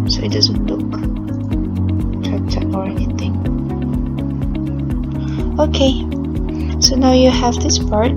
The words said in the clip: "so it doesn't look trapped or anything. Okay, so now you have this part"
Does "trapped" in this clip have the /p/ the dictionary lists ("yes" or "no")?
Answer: no